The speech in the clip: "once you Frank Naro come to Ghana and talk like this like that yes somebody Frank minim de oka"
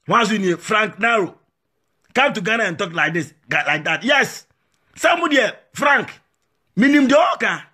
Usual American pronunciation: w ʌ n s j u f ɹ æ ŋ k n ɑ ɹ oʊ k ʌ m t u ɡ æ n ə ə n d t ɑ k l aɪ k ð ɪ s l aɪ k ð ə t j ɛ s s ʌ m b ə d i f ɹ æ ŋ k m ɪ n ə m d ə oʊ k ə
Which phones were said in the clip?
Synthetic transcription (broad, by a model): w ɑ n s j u f ɹ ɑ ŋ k n ɑ ɹ oʊ k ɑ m t u ɡ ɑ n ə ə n t ɑ k l aɪ k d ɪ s l aɪ k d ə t j ɛ s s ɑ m ə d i f ɹ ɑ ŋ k m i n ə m d ə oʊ k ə